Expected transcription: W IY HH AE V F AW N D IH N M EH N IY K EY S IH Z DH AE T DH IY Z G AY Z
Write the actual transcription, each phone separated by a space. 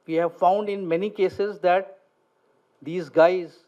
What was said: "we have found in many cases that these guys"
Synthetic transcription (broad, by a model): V IY HH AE V F AW N D IH N M EH N IY K EY S IH Z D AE T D IY Z G AY Z